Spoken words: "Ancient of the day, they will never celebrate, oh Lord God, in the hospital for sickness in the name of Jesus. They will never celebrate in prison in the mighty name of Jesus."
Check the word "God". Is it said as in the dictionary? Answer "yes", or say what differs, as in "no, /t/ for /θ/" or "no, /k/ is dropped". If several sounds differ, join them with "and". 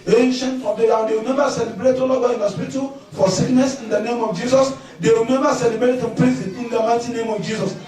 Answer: no, /d/ is dropped